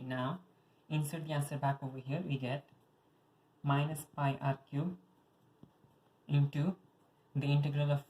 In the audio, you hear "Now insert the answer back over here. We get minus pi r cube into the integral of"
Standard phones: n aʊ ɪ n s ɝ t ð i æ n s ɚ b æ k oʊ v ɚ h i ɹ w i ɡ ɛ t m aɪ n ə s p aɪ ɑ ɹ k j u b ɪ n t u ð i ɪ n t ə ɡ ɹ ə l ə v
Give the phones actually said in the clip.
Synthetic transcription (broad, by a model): n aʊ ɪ n s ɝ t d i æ n s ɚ b æ k oʊ v ɚ h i ɹ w i ɡ ɛ t m aɪ n ə s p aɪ ɑ ɹ k j u b ɪ n t u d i ɪ n t ə ɡ ɹ ə l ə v